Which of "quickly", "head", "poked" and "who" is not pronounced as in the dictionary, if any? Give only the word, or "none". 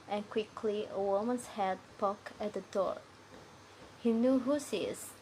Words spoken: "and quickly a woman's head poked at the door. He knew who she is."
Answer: poked